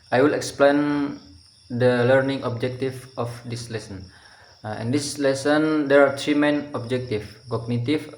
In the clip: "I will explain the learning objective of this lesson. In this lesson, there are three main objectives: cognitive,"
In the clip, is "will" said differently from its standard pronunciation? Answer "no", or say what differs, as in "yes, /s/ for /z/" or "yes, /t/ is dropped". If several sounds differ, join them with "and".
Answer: no